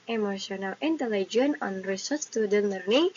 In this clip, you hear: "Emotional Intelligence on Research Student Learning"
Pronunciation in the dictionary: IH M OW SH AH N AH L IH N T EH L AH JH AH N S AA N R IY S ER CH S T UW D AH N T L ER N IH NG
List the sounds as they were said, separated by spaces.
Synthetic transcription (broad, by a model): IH M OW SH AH N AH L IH N T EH L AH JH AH N AA N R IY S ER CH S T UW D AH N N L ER N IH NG